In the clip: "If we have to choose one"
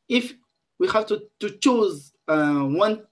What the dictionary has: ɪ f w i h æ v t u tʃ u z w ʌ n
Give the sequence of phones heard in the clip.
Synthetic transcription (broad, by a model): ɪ f w i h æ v t u tʃ u z w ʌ n